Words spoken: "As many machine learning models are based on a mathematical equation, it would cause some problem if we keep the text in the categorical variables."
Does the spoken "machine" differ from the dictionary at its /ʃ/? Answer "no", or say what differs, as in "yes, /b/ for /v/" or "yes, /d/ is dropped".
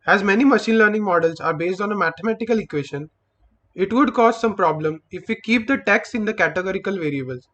no